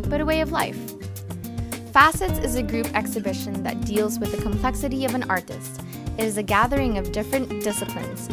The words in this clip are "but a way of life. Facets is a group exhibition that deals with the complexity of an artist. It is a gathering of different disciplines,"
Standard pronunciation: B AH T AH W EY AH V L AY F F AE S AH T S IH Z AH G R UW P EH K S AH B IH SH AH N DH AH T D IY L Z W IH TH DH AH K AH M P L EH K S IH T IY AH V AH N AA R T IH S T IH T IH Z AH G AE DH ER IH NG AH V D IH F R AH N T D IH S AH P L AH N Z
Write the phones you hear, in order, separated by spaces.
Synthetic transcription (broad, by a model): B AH T AH W EY AH V L AY F F AE S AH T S IH Z AH G R UW P EH K S AH B IH SH AH N DH AH T D IY L Z W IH DH AH K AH M P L EH K S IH T IY AH V AH N AA R T IH S T IH T IH Z AH G AE DH ER IH NG AH V D IH F R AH N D IH S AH P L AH N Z